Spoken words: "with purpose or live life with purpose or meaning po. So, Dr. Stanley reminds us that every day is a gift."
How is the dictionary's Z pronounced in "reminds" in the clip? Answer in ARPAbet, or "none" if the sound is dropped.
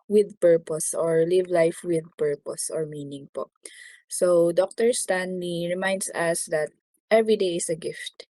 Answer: S